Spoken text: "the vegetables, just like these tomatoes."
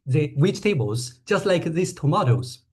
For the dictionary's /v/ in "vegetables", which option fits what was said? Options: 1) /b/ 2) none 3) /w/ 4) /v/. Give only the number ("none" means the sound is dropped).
3